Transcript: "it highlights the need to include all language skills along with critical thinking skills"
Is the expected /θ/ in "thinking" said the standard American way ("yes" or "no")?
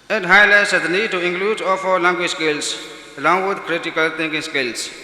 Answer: no